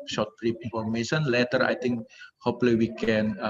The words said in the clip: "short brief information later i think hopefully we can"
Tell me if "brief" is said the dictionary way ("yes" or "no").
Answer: no